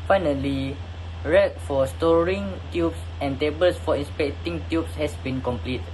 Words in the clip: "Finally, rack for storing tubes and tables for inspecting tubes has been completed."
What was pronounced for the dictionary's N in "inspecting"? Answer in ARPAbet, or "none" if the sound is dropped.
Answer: N